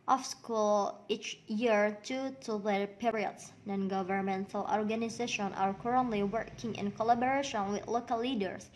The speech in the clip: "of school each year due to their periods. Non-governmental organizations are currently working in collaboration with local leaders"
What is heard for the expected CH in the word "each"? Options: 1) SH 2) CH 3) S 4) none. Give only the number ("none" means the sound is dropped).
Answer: 2